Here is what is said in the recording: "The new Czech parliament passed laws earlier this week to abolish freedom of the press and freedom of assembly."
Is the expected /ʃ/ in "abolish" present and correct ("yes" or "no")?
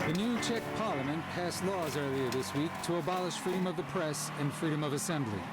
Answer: yes